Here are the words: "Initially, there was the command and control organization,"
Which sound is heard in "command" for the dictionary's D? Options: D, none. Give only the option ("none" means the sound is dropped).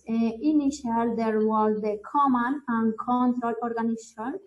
none